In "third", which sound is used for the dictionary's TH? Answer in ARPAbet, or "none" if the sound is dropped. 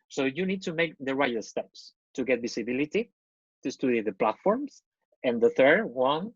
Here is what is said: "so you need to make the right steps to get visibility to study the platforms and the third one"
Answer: TH